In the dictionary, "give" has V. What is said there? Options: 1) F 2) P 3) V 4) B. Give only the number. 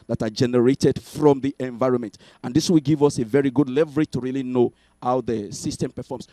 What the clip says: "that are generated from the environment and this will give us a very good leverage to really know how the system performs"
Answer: 3